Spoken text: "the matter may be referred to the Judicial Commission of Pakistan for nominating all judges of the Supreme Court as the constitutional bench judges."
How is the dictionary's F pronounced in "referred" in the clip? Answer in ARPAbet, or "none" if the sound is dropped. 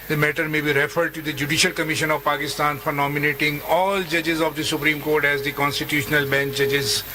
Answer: F